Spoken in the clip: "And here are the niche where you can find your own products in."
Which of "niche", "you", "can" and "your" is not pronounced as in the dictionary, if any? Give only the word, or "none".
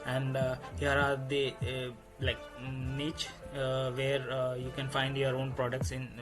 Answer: niche